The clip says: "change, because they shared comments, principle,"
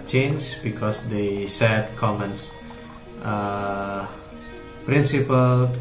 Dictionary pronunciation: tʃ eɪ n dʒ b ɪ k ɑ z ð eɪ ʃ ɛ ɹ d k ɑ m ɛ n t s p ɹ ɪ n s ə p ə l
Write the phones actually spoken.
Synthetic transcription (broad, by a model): tʃ eɪ n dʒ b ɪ k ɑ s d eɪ s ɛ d k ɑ m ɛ n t s p ɹ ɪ n s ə p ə l